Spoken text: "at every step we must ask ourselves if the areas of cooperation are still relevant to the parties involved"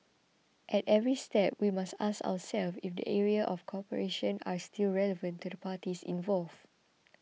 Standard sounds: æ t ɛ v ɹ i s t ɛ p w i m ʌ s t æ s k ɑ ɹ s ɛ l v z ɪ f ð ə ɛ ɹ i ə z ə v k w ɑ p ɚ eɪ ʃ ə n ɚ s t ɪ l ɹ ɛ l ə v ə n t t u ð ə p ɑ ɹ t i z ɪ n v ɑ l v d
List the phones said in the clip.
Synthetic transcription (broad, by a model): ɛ t ɛ v ɹ i s t ɛ p w i m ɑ s t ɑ s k ɑ w s ɛ l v ɪ f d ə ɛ ɹ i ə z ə f k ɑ p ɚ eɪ ʃ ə n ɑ s t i l ɹ ɛ l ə v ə n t t u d ə p ɑ t i s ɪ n v ɑ l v